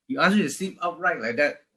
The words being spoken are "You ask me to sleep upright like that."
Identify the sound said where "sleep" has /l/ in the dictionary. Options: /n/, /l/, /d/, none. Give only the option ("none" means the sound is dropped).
none